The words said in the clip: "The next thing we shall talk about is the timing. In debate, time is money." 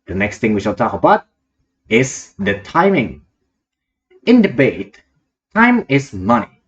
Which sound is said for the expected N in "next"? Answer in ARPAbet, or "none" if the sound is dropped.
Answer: N